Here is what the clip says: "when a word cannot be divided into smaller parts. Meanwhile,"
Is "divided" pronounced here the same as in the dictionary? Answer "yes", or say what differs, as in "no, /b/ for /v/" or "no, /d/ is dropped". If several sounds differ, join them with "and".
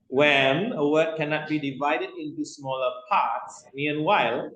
yes